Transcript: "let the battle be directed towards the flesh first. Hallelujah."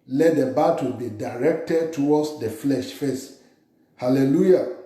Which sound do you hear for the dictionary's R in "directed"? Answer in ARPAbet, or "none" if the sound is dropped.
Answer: R